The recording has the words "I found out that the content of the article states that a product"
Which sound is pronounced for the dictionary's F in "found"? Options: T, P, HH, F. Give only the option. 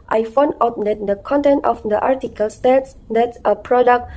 F